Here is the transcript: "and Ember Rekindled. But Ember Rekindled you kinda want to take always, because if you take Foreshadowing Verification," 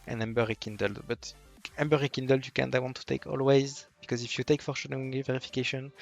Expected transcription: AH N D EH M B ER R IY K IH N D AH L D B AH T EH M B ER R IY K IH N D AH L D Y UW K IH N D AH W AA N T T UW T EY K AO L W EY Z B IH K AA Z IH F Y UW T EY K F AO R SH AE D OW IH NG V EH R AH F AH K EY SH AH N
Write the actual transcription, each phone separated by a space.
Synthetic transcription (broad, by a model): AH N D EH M B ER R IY K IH N D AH L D B AH T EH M B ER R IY K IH N D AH L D Y UW K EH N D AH W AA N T T UW T EY K AO L W EY Z B IH K AA Z IH F Y UW T EY K F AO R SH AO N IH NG V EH R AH F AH K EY SH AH N